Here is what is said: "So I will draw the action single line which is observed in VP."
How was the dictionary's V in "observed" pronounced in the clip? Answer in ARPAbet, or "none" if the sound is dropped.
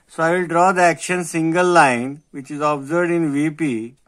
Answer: none